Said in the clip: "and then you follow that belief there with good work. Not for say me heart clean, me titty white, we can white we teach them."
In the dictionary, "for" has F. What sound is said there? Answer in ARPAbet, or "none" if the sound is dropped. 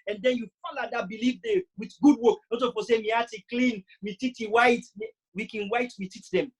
P